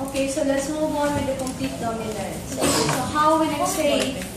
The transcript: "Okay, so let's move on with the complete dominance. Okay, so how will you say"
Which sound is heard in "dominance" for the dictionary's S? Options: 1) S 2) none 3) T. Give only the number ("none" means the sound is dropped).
2